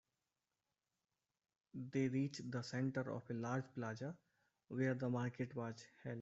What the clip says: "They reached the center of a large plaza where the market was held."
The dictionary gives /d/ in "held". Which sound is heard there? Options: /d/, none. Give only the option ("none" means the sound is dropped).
none